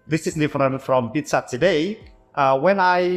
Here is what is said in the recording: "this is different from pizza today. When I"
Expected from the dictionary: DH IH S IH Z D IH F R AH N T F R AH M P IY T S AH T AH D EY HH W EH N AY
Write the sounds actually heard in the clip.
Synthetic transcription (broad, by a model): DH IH S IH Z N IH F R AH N F R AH M B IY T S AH T AH D EY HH W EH N AY